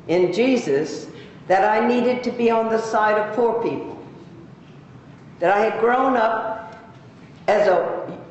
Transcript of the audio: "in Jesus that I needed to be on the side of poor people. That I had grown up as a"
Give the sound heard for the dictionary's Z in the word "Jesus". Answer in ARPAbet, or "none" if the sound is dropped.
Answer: Z